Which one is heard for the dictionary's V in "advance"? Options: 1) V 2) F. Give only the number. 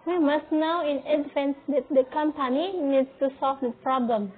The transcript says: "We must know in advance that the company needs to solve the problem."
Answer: 2